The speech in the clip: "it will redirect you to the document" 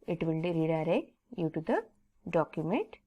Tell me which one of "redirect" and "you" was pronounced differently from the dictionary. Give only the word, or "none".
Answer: redirect